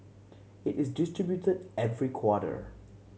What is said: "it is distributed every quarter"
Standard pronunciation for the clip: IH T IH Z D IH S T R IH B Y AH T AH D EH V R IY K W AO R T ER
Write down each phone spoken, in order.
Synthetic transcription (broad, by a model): IH T IH Z D IH S T R IH B Y AH T AH D EH V R IY K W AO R T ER